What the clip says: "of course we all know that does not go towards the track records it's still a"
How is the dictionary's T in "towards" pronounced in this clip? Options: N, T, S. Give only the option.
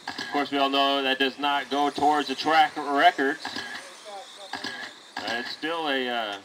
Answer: T